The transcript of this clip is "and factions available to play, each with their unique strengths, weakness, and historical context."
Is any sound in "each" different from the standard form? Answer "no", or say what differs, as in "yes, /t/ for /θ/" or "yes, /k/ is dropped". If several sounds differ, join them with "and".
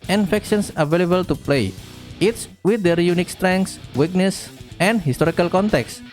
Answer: yes, /s/ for /tʃ/